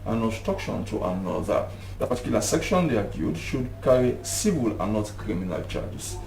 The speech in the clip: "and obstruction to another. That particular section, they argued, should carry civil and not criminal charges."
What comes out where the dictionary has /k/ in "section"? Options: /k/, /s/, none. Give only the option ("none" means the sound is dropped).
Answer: /k/